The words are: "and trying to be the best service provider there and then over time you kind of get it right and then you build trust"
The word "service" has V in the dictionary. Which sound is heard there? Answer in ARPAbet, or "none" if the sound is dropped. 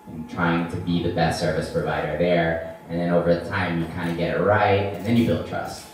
V